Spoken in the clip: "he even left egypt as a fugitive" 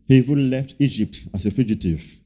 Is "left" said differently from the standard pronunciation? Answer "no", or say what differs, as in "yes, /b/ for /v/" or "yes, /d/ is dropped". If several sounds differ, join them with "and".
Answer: no